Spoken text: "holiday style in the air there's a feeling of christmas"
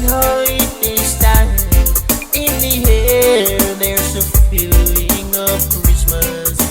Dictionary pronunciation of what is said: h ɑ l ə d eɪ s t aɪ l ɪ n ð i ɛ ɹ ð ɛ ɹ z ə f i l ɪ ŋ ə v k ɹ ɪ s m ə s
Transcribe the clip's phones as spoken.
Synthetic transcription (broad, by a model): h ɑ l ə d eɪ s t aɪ n ɪ n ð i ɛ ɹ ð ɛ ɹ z ə f i l ɪ ŋ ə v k ɹ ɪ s m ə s